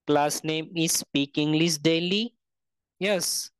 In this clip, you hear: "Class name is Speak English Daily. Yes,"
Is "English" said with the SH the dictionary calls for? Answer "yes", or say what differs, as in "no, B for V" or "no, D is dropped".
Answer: no, S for SH